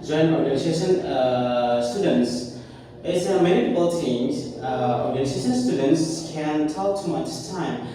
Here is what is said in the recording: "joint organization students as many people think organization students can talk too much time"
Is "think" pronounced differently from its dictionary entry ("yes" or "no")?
yes